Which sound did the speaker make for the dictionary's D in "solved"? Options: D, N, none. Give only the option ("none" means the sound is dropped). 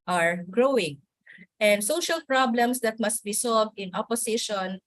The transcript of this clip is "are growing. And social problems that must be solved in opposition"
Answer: D